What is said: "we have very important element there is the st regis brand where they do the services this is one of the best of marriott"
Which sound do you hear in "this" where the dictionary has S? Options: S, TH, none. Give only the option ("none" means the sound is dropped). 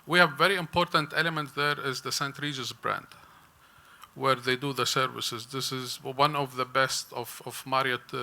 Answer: S